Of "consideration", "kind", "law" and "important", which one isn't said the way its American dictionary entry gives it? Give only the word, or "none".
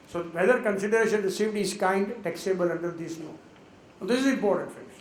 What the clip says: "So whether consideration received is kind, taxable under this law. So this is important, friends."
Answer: law